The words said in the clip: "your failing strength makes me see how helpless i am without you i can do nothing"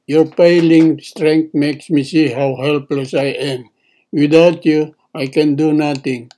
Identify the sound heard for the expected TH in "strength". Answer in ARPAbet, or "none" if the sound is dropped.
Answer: T